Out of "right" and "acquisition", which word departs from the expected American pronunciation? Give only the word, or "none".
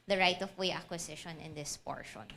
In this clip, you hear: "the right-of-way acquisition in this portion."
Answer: acquisition